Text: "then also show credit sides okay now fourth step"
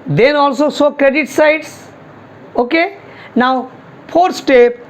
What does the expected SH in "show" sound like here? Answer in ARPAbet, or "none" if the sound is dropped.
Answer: S